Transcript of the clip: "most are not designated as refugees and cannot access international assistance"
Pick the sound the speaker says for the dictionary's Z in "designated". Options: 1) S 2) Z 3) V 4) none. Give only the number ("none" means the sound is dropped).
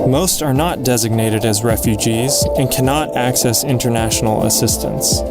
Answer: 2